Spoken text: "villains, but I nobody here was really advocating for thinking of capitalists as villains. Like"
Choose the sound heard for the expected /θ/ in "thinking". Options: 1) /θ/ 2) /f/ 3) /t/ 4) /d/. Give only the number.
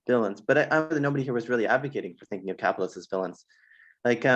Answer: 1